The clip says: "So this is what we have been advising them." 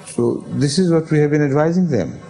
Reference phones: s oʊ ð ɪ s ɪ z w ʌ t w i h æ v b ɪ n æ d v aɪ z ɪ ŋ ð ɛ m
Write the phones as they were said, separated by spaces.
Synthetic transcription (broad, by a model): s oʊ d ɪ s ɪ z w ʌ t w i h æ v b ɪ n æ d v aɪ z ɪ ŋ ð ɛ m